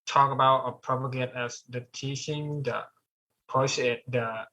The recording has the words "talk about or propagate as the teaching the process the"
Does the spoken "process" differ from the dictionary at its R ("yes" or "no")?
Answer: yes